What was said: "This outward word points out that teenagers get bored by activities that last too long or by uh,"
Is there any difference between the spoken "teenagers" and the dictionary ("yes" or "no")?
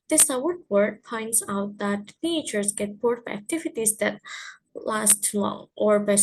yes